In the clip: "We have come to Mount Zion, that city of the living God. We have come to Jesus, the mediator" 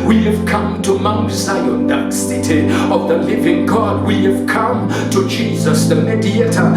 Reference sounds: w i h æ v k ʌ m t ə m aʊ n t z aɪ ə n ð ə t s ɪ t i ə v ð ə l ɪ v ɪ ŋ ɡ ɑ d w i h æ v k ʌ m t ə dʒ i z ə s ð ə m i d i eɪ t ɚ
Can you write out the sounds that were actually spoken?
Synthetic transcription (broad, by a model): w i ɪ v k ʌ m t ə m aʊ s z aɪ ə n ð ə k s ɪ t i ə v ð ə l ɪ v ɪ ŋ ɡ ɑ d w i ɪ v k ʌ m t ə dʒ i z ə s ð ə m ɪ d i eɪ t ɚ